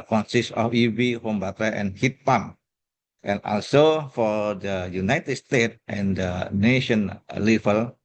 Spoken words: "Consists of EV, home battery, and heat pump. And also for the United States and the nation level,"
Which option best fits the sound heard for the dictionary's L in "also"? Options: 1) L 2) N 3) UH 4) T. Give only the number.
1